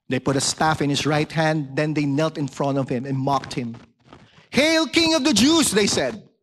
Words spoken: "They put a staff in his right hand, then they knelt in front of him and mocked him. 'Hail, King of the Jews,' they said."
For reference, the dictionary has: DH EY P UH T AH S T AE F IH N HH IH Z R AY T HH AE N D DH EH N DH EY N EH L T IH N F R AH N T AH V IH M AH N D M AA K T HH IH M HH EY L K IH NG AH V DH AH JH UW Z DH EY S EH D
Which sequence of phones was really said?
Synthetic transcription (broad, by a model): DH EY P UH T AH S T AE F IH N HH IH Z R AY T HH AE N D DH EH N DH EY N EH L T IH N F R AH N T AH V IH M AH N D M AA K T HH IH M HH EY L K IH NG AH V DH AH JH UW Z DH EY S EH D